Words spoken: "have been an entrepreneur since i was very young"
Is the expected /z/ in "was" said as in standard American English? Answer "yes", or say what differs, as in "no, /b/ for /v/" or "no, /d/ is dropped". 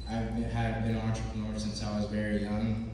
yes